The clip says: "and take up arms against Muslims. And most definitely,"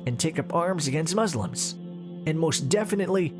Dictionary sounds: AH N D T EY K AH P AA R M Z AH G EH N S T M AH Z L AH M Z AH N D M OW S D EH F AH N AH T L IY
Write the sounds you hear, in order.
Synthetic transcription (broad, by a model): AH N T EY K AH P AA R M Z AH G EH N S T M AH Z L AH M Z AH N M OW S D EH F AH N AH T L IY